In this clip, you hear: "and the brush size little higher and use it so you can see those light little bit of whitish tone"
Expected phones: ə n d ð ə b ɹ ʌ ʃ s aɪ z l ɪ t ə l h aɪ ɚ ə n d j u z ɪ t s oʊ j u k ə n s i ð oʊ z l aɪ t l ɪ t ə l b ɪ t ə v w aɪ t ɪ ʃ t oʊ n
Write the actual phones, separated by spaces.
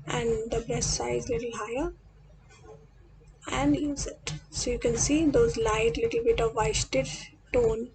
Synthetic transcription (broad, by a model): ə n d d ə b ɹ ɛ s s aɪ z l ɪ t ə l h aɪ ɚ ə n d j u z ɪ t s oʊ j u k ə n s i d oʊ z l aɪ t l ɪ t ə l b ɪ t ə v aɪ t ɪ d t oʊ n